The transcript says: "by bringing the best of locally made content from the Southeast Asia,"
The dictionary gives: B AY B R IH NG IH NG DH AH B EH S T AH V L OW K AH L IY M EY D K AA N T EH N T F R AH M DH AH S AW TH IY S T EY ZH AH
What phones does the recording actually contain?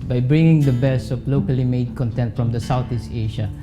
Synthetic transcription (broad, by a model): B AY B R IH NG IH NG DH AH B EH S AH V L OW K AH L IY M EY D K AA N T EH N T F R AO M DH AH S AW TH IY S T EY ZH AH